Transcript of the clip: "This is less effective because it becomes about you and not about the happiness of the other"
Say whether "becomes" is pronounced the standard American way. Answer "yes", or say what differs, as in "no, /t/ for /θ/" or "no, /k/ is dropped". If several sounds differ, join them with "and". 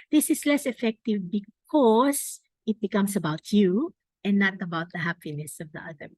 no, /s/ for /z/